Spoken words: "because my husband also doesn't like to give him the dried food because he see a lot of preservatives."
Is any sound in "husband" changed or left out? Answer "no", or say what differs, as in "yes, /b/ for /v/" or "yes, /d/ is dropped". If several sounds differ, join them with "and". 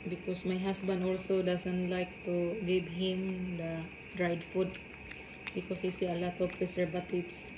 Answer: yes, /s/ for /z/